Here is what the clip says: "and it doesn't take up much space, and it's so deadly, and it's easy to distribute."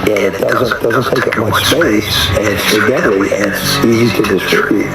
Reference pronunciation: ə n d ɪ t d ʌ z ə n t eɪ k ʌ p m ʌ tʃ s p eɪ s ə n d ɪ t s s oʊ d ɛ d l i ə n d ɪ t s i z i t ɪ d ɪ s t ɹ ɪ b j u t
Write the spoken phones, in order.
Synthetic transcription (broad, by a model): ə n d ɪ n d ʌ z ə n t eɪ k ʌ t m ʌ tʃ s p eɪ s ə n ɪ t s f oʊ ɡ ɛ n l i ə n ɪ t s i z i t ɪ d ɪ s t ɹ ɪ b j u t